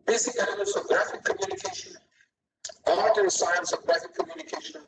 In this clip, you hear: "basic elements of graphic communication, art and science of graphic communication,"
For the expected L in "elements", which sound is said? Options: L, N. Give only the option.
N